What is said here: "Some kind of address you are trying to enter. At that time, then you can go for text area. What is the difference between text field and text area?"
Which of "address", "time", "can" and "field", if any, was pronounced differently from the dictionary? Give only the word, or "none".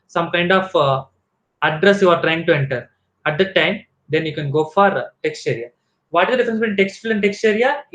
field